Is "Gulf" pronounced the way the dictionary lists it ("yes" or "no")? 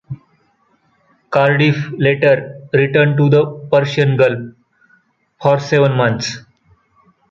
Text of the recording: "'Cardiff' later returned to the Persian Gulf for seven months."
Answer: no